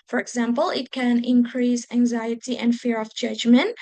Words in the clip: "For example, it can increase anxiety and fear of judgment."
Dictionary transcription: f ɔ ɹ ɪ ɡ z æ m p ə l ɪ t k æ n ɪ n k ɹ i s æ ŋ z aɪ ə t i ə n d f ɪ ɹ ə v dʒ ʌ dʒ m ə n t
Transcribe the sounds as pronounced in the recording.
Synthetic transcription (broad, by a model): f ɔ ɹ ɪ ɡ z æ m p ə l ɪ t k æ n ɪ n k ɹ i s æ ŋ z aɪ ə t i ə n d f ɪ ɹ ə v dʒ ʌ dʒ m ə n t